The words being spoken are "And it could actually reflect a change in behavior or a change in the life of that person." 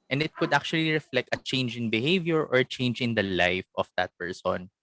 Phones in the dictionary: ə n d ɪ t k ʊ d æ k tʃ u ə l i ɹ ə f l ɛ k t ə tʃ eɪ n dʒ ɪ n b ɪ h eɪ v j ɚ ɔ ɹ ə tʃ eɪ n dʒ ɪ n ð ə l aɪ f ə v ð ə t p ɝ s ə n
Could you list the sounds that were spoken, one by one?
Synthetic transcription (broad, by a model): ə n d ɪ t k ʊ d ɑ k tʃ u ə l i ɹ ə f l ɛ k t ə tʃ eɪ n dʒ ɪ n b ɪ h eɪ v j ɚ ɔ ɹ tʃ eɪ n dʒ ɪ n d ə l aɪ f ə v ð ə t p ɝ s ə n